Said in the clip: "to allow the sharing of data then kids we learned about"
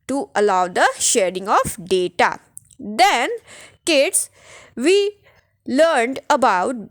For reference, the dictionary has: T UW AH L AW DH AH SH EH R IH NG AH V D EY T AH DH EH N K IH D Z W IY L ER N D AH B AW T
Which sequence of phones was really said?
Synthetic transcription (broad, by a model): T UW AH L AW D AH SH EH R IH NG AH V D EY T AH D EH N K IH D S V IY L ER N D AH B AW T